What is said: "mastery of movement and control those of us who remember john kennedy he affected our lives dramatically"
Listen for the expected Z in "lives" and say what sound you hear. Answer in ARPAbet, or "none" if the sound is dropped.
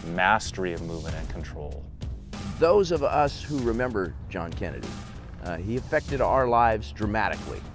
Z